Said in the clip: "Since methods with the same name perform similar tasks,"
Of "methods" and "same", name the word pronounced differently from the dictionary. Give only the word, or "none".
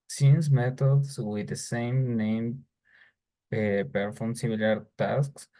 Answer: methods